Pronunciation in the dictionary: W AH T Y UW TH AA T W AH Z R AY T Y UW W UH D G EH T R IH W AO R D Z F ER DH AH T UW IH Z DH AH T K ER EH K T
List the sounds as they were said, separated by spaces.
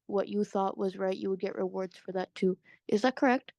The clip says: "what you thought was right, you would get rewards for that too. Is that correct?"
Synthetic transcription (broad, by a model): W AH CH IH TH AA T W AH Z R AY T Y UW W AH D G EH T R IH W AO R D Z F ER DH AH T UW IH Z DH AH T K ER EH K T